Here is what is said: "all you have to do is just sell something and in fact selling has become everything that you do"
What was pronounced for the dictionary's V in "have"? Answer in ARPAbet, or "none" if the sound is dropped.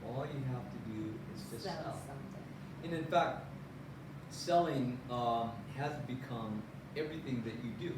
F